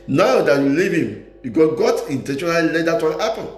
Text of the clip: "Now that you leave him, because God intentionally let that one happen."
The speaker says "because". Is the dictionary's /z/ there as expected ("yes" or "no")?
no